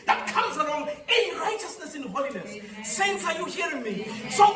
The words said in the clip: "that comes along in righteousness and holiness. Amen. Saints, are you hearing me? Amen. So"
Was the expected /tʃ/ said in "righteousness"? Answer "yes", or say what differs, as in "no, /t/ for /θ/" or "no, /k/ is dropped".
yes